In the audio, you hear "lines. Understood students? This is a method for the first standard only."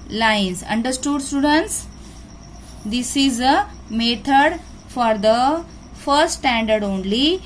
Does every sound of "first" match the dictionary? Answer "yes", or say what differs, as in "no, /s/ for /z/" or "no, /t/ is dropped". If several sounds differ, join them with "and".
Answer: yes